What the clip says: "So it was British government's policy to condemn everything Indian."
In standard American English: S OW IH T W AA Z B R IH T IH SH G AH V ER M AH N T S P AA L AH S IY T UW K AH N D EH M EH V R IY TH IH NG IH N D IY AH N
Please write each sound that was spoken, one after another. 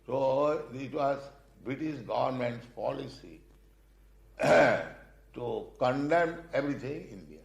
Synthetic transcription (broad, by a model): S OW IH T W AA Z B R IH T IH SH G AH V ER M AH N T S P AA L AH S IY T UW K AH N D EH M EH B R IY T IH NG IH N D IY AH